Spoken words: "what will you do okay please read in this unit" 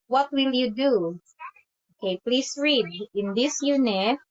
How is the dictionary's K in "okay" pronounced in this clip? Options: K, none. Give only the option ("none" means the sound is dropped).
K